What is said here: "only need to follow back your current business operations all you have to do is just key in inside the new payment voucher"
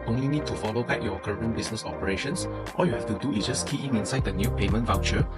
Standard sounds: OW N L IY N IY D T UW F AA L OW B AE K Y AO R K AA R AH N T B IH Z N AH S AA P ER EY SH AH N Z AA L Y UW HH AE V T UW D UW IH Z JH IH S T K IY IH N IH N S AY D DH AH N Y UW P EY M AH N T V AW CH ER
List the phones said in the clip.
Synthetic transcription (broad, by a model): OW N L IY N IY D T UW F AA L OW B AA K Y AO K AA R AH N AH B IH S N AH S AA P ER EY SH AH N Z AA L Y UW HH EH F T UW D UW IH S JH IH S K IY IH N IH N S AY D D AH N Y UW P EY M AH N T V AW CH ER